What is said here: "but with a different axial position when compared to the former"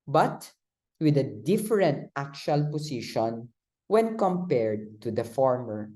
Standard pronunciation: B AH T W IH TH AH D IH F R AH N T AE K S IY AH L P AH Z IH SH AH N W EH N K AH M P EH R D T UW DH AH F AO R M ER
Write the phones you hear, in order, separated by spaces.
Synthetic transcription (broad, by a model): B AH T W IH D AH D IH F R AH N T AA K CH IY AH L P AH S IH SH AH N W EH N K AH M P EH R D T UW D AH F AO R M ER